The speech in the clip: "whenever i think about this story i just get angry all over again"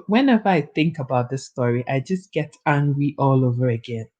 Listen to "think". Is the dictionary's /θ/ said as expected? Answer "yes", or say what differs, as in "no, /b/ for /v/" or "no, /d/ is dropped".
yes